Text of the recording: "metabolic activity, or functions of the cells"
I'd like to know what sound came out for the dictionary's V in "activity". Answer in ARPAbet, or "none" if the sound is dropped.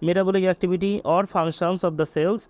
B